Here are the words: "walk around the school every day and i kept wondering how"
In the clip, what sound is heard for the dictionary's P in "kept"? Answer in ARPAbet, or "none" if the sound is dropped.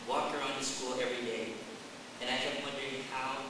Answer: none